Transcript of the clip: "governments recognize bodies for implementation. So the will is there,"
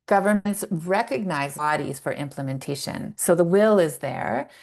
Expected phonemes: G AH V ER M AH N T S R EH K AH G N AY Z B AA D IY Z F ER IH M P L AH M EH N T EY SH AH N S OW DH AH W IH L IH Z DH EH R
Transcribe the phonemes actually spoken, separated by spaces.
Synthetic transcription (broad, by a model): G AH V ER M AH N T S R EH K AH G N AY Z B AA D IY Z F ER IH M P L AH M EH N T EY SH AH N S OW DH AH W IH L IH Z DH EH R